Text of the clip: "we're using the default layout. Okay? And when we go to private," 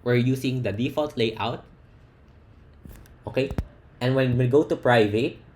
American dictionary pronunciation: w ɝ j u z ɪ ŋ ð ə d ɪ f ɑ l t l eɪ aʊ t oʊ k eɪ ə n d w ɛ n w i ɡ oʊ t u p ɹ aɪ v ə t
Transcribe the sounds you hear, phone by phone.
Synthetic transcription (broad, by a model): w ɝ j u s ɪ ŋ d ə d ɪ f ɑ l t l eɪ aʊ t oʊ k eɪ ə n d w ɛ n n ɡ oʊ t u p ɹ aɪ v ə t